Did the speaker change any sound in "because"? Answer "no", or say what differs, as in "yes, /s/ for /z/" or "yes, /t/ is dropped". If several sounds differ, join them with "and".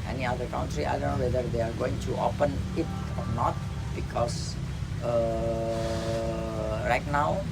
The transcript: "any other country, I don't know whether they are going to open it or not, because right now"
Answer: yes, /s/ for /z/